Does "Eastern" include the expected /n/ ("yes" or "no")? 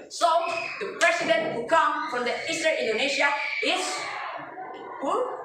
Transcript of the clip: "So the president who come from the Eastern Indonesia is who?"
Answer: no